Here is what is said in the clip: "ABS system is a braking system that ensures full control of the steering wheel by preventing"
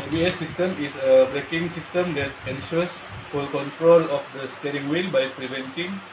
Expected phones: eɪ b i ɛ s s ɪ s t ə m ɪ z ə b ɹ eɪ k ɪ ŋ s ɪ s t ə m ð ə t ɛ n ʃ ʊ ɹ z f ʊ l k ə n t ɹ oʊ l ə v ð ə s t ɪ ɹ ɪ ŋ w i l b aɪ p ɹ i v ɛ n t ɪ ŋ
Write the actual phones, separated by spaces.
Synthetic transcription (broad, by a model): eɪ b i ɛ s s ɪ s t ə m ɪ s ə b ɹ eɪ k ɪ ŋ s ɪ s t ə m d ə t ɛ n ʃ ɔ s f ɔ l k ə n t ɹ oʊ l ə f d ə s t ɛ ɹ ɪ ŋ w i n b aɪ p ɹ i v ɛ n t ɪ ŋ